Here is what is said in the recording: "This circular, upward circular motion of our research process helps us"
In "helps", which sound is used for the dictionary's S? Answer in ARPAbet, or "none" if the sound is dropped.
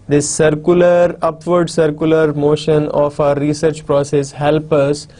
none